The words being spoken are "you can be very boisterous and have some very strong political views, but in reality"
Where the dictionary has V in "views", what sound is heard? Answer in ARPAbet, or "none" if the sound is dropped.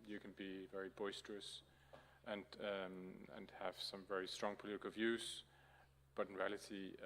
V